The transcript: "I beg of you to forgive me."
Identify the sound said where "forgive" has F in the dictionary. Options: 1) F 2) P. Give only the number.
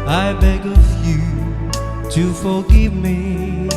1